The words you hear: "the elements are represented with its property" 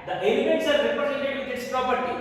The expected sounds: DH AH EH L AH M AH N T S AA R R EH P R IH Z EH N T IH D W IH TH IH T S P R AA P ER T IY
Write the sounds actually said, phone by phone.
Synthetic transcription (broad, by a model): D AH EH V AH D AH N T S AA R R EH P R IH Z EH L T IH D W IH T IH T S P R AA P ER T IY